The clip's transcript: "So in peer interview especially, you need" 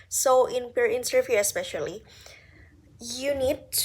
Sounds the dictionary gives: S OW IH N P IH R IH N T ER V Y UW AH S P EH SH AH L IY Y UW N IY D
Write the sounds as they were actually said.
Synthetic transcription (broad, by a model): S OW IH N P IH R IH N S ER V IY AH S P EH SH AH L IY Y UW N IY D